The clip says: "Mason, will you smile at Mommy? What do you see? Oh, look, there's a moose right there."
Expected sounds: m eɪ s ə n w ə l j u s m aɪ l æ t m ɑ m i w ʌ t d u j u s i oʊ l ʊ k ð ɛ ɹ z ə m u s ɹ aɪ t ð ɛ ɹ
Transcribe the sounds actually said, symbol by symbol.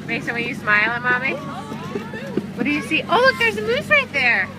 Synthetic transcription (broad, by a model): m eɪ s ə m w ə n j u s m aɪ l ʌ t m ɑ m i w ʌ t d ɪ j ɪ s i oʊ l ʊ k ð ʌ ɹ z ə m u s ɹ aɪ t ð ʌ ɹ